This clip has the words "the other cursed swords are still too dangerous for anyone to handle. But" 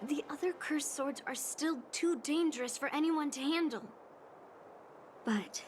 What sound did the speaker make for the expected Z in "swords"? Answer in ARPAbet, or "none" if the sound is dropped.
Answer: Z